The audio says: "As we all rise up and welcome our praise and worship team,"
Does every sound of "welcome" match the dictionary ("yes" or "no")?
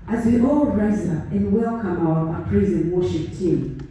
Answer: yes